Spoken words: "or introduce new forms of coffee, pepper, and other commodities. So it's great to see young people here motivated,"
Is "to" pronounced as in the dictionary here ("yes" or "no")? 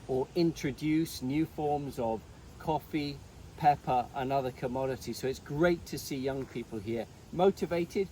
yes